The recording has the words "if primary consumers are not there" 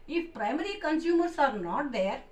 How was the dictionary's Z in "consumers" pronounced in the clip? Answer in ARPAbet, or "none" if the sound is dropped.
S